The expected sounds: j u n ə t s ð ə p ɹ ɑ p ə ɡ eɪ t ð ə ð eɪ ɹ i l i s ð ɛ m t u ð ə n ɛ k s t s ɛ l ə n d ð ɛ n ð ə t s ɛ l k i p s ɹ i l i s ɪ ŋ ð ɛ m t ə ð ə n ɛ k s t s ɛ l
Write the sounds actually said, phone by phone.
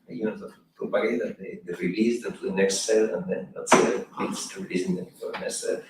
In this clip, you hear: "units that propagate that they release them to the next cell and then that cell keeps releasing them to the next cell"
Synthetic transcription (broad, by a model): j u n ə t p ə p ɑ ə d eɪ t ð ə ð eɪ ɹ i l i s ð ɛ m t u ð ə n ɛ k s t s ɛ l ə n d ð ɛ n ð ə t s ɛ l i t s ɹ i l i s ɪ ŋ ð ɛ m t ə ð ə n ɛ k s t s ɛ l